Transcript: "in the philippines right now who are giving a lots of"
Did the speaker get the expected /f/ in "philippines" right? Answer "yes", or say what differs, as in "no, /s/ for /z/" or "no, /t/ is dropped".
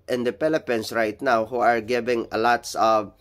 no, /p/ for /f/